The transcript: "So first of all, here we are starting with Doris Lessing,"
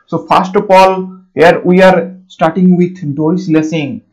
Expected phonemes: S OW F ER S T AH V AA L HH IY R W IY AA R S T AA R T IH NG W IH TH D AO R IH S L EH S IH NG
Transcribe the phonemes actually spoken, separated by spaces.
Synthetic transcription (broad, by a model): S OW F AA S T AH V AA L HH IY R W IY AA R S T AA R T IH NG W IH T D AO IH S L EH S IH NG